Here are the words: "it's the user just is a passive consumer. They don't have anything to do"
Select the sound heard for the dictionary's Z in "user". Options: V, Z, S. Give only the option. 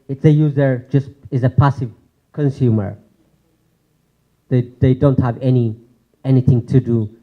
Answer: Z